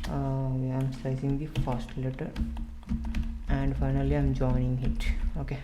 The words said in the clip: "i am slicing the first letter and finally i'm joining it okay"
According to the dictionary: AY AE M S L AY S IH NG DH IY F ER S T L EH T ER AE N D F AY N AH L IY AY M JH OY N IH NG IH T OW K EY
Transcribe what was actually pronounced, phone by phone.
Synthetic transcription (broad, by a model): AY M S AY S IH NG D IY F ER S T L EH T ER AE N D F AY N AH L IY AY M JH OY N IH NG IH T OW K EY